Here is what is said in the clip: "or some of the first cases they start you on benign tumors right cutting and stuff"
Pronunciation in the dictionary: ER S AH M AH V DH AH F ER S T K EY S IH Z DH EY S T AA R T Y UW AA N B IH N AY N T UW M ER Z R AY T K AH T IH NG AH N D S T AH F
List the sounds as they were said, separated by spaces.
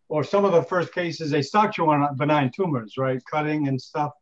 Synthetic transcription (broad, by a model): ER S AH M AH V DH AH F ER S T K EY S IH Z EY S T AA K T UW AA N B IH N AY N T UW M ER Z R AY T K AH T IH NG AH N S T AH F